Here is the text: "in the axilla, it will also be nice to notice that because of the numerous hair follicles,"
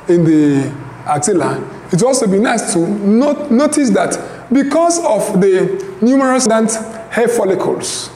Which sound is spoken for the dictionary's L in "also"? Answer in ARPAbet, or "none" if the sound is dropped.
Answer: L